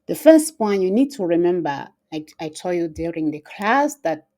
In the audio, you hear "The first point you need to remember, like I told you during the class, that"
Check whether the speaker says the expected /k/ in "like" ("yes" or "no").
no